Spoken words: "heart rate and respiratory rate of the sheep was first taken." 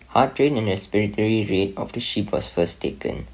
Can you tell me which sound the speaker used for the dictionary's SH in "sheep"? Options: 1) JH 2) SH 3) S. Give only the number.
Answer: 2